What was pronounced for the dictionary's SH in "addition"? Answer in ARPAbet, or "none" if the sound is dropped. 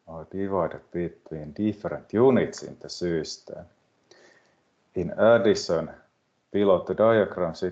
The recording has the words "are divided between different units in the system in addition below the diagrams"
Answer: S